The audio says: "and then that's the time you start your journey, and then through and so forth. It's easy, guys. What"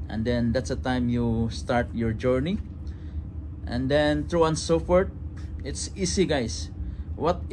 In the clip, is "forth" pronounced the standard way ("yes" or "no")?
no